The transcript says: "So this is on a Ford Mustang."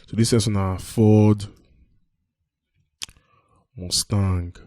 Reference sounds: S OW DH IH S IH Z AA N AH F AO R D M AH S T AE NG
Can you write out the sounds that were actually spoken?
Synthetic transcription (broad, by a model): S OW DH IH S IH S AA N AH F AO D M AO S T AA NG